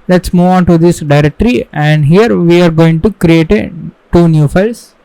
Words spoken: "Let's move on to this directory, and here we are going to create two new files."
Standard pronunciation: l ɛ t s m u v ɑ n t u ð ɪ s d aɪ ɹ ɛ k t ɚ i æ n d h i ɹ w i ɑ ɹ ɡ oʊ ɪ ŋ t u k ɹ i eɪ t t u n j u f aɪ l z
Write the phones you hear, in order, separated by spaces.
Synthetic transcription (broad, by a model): l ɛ t s m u ɑ n t u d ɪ s d aɪ ɹ ɛ k t ɚ i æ n d h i ɹ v i ɑ ɹ ɡ oʊ ɪ ŋ t u k ɹ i eɪ t t u n j u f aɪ l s